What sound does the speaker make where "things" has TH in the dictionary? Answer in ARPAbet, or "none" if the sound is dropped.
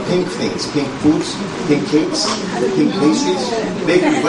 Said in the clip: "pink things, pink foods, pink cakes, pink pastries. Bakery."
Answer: F